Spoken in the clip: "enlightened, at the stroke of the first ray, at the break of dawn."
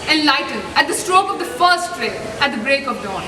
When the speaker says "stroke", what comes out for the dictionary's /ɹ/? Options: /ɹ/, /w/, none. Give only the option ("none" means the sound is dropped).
/ɹ/